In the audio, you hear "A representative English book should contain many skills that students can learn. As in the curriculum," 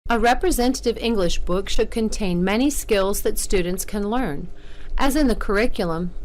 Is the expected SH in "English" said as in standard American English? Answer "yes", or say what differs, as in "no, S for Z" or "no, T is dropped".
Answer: yes